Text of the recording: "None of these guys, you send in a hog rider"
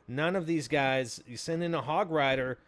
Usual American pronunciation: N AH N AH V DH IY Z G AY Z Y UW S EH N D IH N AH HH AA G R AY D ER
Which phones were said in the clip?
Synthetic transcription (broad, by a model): N AH N AH V DH IY Z G AY Z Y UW S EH N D IH N AH HH AA G R AY D ER